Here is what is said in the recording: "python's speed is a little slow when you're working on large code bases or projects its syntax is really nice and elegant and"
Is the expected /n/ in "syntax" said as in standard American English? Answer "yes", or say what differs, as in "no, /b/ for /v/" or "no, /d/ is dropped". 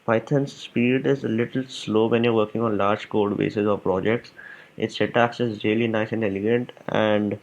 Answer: no, /n/ is dropped